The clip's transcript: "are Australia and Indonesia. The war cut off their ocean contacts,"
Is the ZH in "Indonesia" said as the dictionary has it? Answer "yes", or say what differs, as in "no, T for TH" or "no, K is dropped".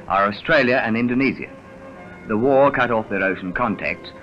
no, Z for ZH